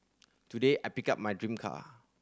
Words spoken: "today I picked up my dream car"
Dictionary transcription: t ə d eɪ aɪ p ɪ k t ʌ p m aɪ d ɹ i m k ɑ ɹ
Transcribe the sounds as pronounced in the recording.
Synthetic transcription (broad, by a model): t ə d eɪ aɪ p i k ɑ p m aɪ d ɹ i m k ɑ